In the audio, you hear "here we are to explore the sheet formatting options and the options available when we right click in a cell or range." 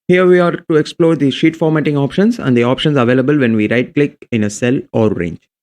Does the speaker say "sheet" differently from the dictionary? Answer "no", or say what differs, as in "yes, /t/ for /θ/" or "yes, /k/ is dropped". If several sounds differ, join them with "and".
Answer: no